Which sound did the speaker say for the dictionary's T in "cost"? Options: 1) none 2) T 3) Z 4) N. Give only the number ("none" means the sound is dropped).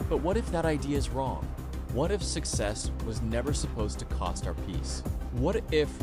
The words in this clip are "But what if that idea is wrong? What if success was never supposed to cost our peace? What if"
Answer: 2